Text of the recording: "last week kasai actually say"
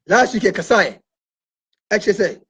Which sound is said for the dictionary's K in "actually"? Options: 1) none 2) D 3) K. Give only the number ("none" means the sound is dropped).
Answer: 1